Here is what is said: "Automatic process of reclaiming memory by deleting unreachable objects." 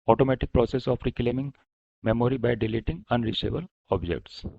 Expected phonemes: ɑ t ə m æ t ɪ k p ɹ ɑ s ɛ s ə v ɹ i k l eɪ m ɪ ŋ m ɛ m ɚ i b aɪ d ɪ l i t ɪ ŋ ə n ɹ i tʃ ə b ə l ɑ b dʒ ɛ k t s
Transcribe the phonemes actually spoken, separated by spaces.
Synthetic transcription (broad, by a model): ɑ t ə m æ t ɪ k p ɹ ɑ s ɛ s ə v ɹ i k l eɪ m ɪ ŋ m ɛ m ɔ i b aɪ d ɪ l i t ɪ ŋ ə n ɹ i s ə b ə l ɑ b dʒ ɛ k t s